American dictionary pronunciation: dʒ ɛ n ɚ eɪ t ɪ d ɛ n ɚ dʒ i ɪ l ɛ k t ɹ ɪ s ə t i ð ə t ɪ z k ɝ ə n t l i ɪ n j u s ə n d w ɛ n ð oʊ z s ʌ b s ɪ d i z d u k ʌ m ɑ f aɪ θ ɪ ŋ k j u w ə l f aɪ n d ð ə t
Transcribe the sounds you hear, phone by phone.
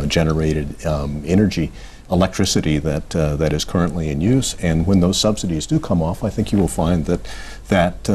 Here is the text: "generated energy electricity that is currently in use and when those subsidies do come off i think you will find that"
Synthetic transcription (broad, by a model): dʒ ɛ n ɚ eɪ t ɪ d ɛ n ɚ dʒ i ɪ l ɛ k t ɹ ɪ s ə t i ð ə t ɪ z k ɝ ə n t l i ɪ n j u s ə n w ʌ n ð oʊ z s ʌ b s ɪ d i z d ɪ k ʌ m ɑ f aɪ θ ɪ ŋ k j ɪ w ə l f aɪ n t ð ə t